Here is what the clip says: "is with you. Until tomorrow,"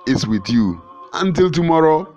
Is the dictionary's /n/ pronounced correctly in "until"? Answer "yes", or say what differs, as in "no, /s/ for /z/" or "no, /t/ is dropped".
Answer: yes